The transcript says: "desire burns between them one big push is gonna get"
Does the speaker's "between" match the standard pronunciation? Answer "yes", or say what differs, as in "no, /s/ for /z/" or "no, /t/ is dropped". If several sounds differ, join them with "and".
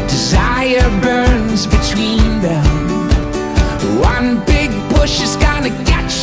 yes